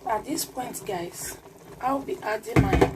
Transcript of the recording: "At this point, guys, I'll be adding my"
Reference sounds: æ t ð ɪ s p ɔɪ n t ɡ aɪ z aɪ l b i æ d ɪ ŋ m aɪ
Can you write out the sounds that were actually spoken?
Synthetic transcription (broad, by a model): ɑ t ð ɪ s p ɔɪ n t ɡ aɪ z aɪ w b i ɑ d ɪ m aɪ